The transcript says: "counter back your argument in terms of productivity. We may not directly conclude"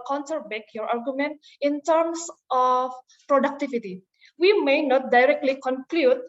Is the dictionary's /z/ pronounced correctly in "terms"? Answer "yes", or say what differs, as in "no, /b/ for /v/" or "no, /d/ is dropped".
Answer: no, /s/ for /z/